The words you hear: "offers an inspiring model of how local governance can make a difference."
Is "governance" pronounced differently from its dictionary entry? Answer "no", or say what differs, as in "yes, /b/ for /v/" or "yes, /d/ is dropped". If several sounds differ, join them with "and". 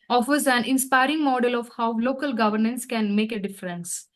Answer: no